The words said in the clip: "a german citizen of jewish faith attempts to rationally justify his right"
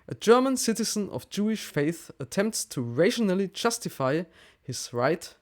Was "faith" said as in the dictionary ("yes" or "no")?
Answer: yes